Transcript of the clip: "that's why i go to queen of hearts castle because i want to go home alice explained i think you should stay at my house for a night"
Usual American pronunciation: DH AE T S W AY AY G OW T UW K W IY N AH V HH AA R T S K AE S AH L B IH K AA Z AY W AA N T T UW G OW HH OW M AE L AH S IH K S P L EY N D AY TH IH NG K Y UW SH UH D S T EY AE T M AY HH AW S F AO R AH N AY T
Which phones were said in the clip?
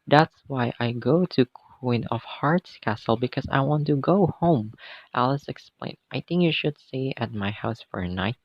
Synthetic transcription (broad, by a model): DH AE T S W AY AY G OW T UW K W IY N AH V HH AA R T S K AE S AH L B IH K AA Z AY W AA N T T UW G OW HH OW M AE L AH S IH K S P L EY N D AY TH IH NG K Y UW SH UH D S T EY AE T M AY HH AW S F AO R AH N AY T